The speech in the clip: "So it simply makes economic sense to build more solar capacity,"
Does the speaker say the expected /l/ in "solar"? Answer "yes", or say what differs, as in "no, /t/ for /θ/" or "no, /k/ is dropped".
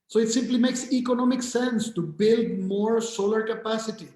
yes